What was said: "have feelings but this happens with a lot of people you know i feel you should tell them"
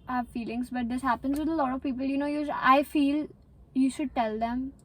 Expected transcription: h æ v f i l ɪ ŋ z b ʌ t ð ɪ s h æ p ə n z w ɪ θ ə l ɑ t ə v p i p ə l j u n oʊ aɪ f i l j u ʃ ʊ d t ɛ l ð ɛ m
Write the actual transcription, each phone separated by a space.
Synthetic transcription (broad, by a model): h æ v f i l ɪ ŋ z b ʌ t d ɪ s h æ p ə n z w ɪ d ə l ɑ t ə v p i p ə l j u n oʊ aɪ f i l j u ʃ ʊ d t ɛ l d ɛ m